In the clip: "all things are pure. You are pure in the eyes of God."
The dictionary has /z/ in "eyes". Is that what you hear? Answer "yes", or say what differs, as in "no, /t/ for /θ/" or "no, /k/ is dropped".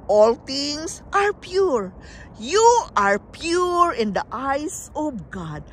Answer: no, /s/ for /z/